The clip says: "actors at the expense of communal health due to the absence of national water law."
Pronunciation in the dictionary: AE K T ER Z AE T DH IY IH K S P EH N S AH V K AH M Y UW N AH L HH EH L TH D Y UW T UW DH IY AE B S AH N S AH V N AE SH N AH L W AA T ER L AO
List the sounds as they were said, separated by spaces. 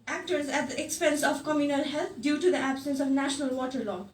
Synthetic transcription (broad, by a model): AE K T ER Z AE T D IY IH K S P EH N S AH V K AH M Y UW N AH L HH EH L T D Y UW T UW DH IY AE B S AH N S AH V N AE SH N AH L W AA T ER L AO